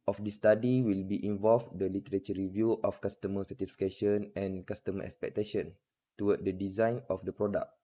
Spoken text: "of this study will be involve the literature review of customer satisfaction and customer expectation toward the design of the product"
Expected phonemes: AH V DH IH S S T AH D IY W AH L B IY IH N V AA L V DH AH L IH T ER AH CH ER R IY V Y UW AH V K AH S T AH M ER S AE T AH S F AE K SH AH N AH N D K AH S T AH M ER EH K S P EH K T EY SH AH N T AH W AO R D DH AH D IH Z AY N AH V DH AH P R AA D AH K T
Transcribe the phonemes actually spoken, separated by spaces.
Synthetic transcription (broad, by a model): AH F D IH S S T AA D IY W AH L B IY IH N V AA L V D AH L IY T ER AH CH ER R IY V Y UW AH F K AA S T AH M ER S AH T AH F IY K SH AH N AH N K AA S T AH M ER EH K S P EH K T EY SH AH N T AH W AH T D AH D IH Z AY N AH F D AH P R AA D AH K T